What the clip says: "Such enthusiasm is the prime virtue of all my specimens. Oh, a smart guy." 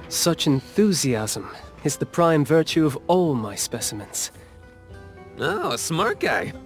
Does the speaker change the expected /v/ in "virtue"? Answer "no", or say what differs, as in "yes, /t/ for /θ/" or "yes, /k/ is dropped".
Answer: no